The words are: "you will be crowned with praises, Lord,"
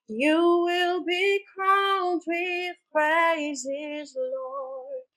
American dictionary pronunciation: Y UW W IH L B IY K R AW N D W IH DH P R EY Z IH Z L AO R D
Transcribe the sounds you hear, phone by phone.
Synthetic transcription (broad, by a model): Y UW W IH L B IY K AW L D W IH DH P R EY Z IH Z L AO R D